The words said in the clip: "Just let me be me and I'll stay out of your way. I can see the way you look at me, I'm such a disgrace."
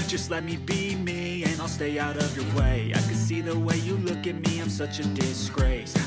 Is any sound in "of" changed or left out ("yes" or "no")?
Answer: no